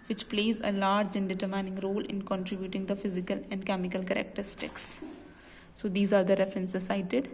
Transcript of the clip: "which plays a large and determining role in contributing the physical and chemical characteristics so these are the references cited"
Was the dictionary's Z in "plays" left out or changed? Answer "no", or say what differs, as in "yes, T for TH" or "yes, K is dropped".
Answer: no